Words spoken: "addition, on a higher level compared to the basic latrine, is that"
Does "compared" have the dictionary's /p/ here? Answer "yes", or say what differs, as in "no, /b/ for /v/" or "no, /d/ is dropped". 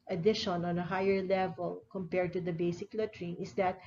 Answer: yes